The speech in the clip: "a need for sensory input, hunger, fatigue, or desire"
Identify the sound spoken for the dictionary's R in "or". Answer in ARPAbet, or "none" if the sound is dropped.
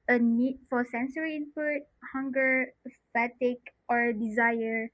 R